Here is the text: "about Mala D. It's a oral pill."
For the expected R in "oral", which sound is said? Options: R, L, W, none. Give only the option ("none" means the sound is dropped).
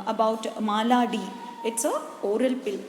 R